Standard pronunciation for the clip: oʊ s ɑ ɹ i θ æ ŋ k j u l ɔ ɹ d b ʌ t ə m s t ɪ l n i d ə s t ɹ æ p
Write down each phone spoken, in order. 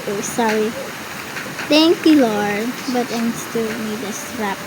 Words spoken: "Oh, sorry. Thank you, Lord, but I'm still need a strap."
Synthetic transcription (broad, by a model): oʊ s ɑ ɹ i t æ ŋ k j u l ɔ ɹ d b ʌ t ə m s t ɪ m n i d ə s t ɹ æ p